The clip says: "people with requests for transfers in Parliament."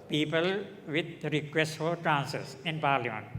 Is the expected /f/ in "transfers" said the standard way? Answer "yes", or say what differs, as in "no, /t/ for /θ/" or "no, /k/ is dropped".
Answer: no, /f/ is dropped